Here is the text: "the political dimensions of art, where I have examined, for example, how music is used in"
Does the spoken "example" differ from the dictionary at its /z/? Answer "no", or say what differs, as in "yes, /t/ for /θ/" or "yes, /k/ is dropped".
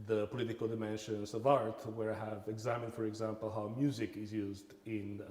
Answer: no